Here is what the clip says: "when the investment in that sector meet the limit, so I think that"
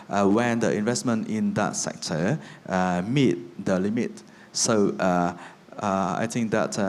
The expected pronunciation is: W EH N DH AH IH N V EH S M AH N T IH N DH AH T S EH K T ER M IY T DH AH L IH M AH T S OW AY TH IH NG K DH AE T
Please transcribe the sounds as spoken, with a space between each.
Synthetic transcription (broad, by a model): W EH N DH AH IH N V EH S M AH N T IH N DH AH T S EH K T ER M IY T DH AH L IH M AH T S OW AY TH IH NG K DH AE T